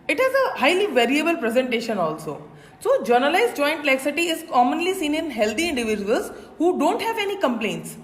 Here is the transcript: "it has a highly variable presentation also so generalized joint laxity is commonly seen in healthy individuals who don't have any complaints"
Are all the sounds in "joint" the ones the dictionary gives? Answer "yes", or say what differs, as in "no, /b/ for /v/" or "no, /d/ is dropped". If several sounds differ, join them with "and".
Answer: yes